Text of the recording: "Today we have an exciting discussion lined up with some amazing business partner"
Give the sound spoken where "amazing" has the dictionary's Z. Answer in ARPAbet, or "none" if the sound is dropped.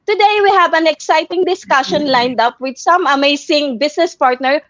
S